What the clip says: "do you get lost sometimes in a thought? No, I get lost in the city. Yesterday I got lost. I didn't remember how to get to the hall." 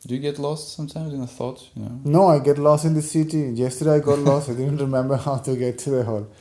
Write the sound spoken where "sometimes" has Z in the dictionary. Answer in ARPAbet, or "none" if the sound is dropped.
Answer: Z